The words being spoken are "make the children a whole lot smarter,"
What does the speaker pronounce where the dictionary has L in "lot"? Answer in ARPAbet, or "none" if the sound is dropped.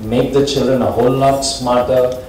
N